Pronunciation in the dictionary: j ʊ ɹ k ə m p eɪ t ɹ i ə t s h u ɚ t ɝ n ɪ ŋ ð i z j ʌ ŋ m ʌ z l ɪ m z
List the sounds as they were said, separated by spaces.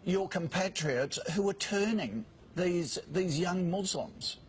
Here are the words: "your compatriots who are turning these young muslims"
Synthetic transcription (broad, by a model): j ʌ ɹ k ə m p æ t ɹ i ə t s h u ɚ t ɝ n ɪ ŋ ð i z j ʌ ŋ m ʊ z l m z